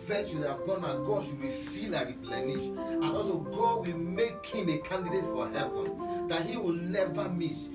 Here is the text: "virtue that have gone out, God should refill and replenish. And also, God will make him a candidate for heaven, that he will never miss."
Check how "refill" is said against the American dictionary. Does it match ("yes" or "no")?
no